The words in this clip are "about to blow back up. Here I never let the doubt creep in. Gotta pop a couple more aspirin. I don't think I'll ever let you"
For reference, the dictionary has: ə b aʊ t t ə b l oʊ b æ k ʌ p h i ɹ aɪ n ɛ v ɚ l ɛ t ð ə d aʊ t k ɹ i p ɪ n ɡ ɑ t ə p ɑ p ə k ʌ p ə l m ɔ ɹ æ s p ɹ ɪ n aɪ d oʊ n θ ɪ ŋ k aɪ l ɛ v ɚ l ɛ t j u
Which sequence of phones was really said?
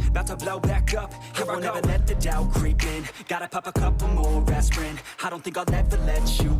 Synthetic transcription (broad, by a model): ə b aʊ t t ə b l oʊ b æ k ʌ p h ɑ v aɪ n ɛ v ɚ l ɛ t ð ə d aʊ k ɹ i p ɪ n ɡ ɑ t ə p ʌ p ə k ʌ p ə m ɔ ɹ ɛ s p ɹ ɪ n aɪ d oʊ n θ ɪ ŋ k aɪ n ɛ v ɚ l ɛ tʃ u